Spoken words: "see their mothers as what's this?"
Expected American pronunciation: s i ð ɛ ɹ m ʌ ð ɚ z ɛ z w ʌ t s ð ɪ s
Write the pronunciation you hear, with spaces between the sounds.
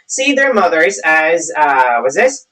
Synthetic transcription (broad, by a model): s i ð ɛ ɹ m ʌ ð ɚ z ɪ z w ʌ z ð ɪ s